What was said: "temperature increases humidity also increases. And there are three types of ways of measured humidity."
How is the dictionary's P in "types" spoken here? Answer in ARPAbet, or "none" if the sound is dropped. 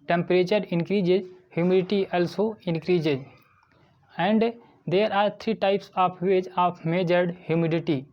P